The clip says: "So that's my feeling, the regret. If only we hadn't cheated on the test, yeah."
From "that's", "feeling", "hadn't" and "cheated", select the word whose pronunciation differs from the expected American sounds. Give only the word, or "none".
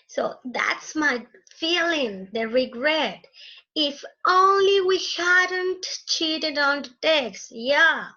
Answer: none